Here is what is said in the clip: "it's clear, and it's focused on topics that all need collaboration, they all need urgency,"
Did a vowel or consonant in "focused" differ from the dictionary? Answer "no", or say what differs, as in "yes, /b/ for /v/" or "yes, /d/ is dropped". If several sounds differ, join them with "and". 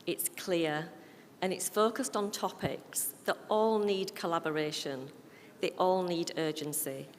no